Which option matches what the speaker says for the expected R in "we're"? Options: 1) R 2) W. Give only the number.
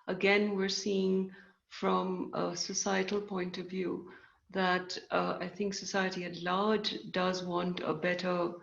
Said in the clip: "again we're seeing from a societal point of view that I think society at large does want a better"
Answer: 1